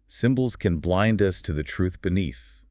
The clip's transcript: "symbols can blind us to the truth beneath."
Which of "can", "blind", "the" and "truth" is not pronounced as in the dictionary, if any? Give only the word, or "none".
none